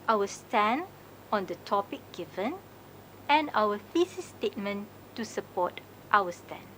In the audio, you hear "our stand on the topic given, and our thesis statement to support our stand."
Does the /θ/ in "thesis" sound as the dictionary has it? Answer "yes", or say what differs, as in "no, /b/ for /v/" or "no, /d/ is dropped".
no, /f/ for /θ/